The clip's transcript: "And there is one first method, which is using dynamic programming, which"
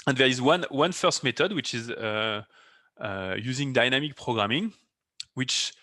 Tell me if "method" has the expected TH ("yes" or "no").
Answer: no